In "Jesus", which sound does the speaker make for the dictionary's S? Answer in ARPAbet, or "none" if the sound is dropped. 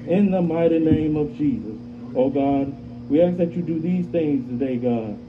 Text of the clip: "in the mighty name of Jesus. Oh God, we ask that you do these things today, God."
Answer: S